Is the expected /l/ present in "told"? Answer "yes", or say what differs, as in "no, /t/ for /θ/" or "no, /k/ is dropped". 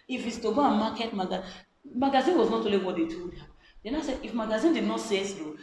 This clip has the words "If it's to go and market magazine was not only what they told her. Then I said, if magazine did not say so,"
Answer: no, /l/ is dropped